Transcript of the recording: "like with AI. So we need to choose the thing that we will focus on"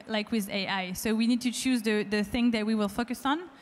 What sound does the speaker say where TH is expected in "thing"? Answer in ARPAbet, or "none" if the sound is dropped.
TH